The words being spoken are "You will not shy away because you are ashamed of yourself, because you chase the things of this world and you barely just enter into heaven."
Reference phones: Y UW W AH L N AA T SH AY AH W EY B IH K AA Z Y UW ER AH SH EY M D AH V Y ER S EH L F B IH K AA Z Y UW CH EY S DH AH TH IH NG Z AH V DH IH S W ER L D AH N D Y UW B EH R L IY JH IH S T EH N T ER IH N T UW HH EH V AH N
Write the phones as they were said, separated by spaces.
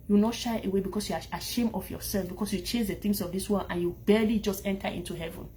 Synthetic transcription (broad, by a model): Y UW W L N AA T SH AY AH W EY B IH K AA S Y UW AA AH SH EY M AH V Y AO S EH L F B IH K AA S Y UW CH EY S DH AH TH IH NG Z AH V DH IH S W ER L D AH N Y UW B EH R L IY JH IH S T EH N T ER IH N T UW HH EH V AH N